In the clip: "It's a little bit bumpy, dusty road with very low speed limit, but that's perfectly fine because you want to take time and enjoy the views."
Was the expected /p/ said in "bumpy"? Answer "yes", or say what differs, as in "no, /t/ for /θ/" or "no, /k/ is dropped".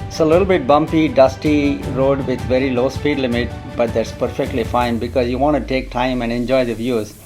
yes